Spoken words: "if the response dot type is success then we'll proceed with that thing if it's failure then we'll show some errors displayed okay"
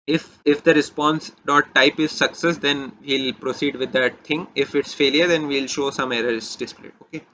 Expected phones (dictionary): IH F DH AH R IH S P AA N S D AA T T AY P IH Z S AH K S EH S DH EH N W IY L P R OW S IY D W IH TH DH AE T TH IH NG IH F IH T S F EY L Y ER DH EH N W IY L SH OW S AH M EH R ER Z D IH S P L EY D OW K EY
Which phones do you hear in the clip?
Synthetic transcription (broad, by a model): IH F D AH R IH S P AA N S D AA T T AY P IH Z S AH K S EH S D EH N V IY L P R OW S IY D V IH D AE T T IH NG IH F IH T S F EY L Y ER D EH N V IY L SH OW S AH M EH R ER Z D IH S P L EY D OW K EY